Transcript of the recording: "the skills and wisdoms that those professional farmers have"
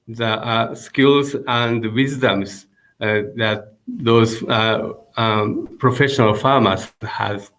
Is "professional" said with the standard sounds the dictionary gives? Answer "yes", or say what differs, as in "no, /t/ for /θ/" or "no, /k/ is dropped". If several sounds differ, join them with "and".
yes